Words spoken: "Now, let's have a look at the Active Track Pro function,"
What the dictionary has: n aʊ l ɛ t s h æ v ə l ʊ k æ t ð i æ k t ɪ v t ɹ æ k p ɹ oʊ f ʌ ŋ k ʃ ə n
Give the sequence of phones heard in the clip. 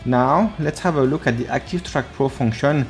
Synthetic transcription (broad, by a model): n aʊ l ɛ t s h æ v ə l ʊ k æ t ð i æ k t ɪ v t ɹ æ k p ɹ oʊ f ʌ ŋ k ʃ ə n